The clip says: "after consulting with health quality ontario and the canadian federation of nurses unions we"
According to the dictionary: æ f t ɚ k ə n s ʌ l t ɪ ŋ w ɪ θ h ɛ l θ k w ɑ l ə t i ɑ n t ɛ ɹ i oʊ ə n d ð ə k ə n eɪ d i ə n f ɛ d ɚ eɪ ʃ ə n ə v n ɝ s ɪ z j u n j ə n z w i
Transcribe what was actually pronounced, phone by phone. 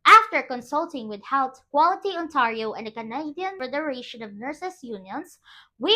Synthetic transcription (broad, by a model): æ f t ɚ k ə n s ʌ l t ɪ ŋ w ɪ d h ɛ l t k w ɑ l ə t i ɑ n t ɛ ɹ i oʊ ə n d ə k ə n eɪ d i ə n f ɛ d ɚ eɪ ʃ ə n ə v n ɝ s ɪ s j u n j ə n s w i